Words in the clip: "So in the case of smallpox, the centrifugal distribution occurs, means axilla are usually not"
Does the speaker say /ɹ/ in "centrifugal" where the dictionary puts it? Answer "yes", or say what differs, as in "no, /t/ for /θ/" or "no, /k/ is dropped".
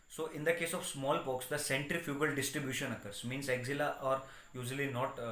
yes